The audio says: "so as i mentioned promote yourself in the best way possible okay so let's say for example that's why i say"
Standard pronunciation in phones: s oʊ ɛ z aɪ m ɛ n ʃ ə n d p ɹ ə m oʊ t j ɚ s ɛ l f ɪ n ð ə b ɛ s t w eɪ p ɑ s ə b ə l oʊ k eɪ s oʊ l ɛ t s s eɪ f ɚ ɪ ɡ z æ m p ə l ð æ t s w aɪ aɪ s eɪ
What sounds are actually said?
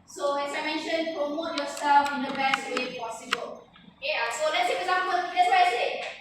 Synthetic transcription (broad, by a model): s oʊ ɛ s aɪ m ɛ n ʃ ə n p ɹ ə m oʊ t j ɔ s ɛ l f ɪ n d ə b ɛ s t w eɪ p ɑ s ə b ə l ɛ ɑ s oʊ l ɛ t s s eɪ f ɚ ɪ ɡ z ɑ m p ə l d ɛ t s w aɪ aɪ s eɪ